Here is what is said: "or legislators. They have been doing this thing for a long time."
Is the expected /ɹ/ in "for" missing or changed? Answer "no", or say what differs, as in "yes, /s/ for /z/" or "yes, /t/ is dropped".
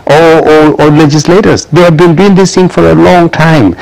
no